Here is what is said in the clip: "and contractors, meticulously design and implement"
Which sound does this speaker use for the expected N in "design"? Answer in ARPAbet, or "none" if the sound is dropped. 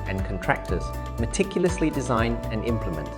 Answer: N